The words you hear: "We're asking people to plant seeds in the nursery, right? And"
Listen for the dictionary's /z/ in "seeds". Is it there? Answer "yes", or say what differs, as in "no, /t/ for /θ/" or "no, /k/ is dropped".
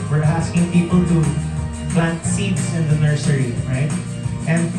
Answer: no, /s/ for /z/